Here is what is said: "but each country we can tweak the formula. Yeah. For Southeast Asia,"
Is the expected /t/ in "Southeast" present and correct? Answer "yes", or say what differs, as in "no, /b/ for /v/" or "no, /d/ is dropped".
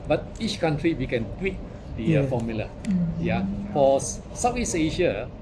no, /t/ is dropped